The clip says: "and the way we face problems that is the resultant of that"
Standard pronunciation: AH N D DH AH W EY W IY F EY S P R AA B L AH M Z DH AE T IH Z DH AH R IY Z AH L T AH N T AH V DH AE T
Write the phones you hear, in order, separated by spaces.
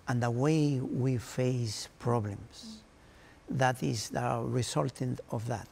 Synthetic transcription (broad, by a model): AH N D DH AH W EY W IY F EY S P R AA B L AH M S DH AE T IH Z DH AH R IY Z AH L T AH N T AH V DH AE T